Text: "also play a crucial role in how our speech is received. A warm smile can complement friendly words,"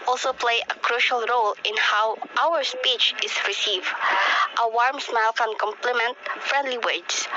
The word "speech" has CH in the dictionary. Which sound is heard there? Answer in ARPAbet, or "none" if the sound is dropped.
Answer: CH